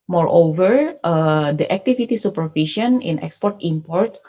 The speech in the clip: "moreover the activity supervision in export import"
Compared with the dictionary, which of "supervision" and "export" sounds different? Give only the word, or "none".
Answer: supervision